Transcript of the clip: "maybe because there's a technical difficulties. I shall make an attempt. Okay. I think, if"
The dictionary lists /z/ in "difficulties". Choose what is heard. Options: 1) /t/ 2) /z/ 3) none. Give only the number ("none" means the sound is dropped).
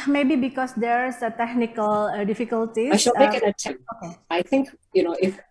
3